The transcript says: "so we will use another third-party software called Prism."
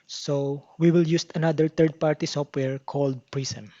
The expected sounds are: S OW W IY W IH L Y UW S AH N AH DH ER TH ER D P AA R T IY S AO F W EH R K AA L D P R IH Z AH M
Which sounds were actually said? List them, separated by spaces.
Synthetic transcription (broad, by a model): S OW W IY W IH L Y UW S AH N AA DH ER T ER D P AA R T IY S AO F W EH R K AA L D P R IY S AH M